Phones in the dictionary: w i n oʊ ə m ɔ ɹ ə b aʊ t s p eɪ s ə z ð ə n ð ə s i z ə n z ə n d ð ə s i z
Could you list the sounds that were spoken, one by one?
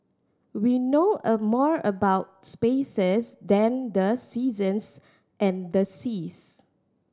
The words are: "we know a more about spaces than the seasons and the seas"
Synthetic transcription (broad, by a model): w i n oʊ ə m ɔ ɹ ə b aʊ t s p eɪ s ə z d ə n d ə s i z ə n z ə n d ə s i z